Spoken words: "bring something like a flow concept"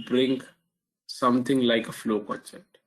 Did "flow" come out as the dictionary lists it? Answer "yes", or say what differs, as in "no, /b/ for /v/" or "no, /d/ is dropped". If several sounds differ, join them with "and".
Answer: yes